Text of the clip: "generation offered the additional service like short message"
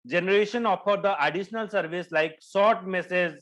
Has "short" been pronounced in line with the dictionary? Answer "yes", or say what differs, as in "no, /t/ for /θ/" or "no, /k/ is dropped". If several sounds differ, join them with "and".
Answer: no, /s/ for /ʃ/